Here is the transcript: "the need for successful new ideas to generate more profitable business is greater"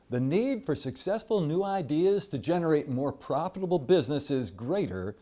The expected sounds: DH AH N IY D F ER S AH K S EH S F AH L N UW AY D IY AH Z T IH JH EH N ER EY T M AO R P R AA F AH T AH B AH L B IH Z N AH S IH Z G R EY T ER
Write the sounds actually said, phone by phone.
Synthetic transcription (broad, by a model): DH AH N IY D F ER S AH K S EH S F AH L N UW AY D IY AH Z T IH JH EH N ER EY T M AO R P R AA F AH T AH B L B IH Z N AH S IH Z G R EY T ER